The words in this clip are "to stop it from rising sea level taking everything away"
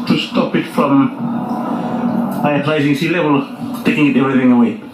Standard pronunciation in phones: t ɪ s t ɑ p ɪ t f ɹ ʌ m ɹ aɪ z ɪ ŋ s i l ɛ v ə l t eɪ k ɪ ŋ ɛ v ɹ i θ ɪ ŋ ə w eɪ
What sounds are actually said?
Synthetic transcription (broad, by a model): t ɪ s t ɑ p ɪ t f ɹ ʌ m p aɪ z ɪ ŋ s i l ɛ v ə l t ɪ k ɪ ŋ ɛ v ɹ i θ ɪ ŋ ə w eɪ